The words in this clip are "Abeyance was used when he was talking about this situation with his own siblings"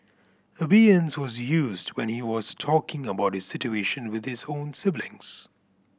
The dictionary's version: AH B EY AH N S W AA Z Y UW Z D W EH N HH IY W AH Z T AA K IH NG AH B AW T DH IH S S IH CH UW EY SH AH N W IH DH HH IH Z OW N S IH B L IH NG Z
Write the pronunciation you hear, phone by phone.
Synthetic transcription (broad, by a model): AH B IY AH N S W AA Z Y UW Z D W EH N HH IY W AH Z T AA K IH NG AH B AW T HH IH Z S IH CH UW EY SH AH N W IH DH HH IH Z OW N S IH B L IH NG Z